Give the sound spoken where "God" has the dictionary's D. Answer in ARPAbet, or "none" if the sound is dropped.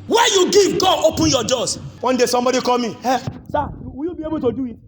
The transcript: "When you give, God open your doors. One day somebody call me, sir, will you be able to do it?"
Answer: none